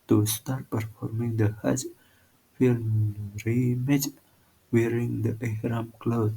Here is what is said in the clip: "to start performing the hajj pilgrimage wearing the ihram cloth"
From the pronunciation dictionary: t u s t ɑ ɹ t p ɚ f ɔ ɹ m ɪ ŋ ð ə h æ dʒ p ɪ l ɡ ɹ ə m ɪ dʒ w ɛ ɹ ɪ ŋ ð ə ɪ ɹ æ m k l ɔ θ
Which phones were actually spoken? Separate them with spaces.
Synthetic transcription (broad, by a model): t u s t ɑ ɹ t p ɚ f ɔ ɹ m ɪ ŋ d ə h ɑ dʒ f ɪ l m ɹ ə m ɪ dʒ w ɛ ɹ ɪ ŋ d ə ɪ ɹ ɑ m k l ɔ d